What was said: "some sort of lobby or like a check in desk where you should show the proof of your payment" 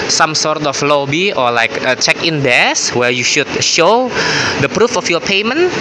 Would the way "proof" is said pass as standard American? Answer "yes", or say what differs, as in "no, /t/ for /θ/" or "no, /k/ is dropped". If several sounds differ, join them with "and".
yes